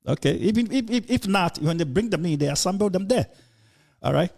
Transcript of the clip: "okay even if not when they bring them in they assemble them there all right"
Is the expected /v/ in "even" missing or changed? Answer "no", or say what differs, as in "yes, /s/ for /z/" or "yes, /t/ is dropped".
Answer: yes, /f/ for /v/